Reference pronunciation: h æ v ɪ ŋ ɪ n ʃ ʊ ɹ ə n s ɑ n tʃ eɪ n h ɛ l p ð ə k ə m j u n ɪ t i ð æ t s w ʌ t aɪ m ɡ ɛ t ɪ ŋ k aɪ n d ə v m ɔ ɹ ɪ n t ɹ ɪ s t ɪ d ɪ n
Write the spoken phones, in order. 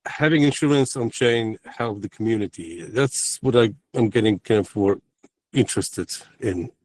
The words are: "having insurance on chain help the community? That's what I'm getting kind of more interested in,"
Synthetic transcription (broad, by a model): h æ v ɪ ŋ ɪ n ʃ ʊ ɹ ə n s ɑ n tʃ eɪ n h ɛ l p ð ə k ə m j u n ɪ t i ð æ t s w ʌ t aɪ m ɡ ɛ t ɪ ŋ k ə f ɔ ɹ ɪ n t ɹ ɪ s t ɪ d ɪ n